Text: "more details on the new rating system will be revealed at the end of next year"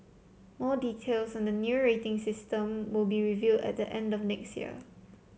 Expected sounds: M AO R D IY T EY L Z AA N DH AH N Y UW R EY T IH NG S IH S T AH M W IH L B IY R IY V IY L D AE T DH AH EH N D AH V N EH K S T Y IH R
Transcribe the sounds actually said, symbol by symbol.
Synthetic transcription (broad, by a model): M AO D IY T EY L S AA N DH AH N Y UW R EY T IH NG S IH S T AH M W IH L B IY R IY V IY D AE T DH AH EH N D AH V N EH K S T Y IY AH